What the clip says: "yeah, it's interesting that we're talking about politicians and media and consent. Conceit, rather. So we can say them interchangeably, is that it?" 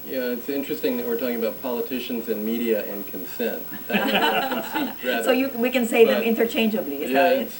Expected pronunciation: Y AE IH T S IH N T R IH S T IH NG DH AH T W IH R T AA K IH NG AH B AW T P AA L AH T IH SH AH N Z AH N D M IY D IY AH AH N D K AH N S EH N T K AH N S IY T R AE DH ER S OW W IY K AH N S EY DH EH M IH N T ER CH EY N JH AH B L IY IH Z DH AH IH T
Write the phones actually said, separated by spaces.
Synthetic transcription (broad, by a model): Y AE IH T S IH N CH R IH S T IH NG DH AH T W IH R T AA K IH NG AH B AW T P AA L AH T IH SH AH N Z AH N M IY D IY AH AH N K AH N S EH N T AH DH S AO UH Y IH W IY K AH N S EY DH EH M IH N T ER CH EY N JH AH B L IY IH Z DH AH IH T